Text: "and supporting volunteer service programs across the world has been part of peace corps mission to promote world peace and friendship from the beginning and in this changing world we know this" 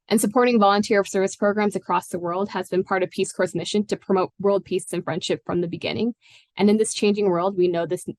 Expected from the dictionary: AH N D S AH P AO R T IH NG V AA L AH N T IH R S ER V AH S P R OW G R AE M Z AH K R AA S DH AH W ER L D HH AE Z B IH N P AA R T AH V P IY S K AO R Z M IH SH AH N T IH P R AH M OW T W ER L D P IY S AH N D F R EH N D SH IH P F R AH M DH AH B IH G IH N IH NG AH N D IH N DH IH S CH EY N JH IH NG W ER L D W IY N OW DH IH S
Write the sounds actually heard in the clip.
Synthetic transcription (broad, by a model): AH N S AH P AO R T IH NG V AA L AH N T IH R S ER V AH S P R OW G R AE M Z AH K R AA S DH AH W ER L D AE Z B IH N P AA R T AH V P IY S K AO R S M IH SH AH N T IH P R AH M OW T W ER L D P IY S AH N F R EH N D SH IH P F R AH M DH AH B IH G IH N IH NG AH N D IH N DH IH S CH EY N JH IH NG W ER L D W IY N OW DH IH S